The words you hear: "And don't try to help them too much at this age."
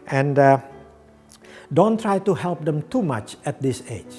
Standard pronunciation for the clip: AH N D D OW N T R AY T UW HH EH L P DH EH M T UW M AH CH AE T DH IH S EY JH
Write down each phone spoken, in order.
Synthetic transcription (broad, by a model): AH N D D OW N T R AY T UW HH EH L P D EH M T UW M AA CH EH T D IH S EY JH